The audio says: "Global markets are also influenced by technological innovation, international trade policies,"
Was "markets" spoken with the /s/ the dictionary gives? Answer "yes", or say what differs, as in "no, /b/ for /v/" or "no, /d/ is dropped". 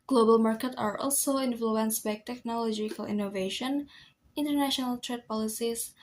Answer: no, /s/ is dropped